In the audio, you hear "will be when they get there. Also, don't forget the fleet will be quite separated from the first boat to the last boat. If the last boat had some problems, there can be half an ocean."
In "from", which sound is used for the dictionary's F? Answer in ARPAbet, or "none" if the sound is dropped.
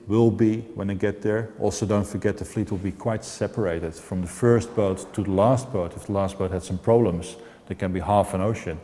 F